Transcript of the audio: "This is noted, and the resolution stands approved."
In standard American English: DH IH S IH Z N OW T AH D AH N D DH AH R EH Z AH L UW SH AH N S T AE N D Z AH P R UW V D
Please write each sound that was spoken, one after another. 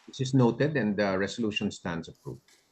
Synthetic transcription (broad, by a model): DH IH S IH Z N OW T AH D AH N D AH R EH S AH L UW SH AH N S T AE N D S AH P R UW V